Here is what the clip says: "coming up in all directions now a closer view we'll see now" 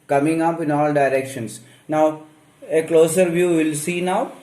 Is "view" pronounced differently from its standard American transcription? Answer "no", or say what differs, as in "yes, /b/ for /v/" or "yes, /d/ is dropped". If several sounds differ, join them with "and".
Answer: no